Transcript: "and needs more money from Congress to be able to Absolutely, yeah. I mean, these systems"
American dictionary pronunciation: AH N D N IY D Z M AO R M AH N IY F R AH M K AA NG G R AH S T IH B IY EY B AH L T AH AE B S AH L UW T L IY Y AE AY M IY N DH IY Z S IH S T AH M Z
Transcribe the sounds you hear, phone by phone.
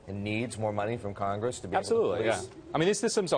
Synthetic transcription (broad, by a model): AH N N IY D Z M AO R M AH N IY F R AH M K AA NG G R AH S T IH B IY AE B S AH L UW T L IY Y AE AY M IY N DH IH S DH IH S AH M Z